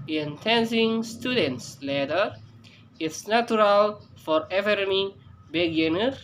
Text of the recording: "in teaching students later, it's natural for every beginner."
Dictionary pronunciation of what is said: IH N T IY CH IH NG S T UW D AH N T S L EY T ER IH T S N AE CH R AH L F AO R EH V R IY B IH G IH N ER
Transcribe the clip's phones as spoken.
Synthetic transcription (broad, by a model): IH N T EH S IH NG S T UW D AH N T S L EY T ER IH T S N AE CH R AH L F AO R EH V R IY B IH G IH N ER